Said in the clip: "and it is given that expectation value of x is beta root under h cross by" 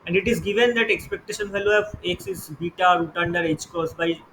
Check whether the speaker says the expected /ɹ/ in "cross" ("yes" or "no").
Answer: no